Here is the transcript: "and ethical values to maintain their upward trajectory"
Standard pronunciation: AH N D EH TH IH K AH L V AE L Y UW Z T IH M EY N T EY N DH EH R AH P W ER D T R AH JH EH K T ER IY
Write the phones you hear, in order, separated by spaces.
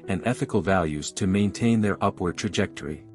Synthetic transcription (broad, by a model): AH N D EH TH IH K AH L V AE L Y UW Z T IH M EY N T EY N DH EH R AH P W ER D T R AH JH EH K T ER IY